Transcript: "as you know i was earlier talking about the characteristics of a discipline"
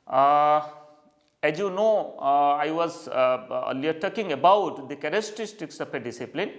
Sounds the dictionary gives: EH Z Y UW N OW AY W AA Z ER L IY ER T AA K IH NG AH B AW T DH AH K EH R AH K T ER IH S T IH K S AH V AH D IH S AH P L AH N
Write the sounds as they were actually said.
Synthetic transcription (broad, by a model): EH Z Y UW N OW AY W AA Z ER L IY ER T AA K IH NG AH B AW T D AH K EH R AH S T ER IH S T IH K S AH P AH D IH S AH P L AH N